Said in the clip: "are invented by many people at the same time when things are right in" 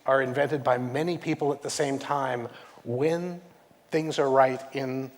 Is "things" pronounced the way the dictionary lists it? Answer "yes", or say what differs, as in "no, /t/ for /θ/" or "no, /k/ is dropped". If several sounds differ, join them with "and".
yes